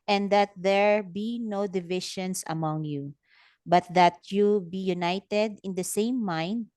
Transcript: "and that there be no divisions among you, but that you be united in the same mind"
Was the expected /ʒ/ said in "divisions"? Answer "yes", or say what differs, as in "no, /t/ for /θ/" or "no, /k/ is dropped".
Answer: no, /ʃ/ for /ʒ/